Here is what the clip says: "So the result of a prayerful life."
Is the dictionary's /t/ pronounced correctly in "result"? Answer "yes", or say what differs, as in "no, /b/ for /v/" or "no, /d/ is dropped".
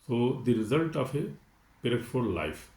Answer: yes